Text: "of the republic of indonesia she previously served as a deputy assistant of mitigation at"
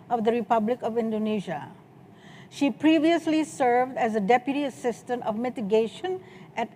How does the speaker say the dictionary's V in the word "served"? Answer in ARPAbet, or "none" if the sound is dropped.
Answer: V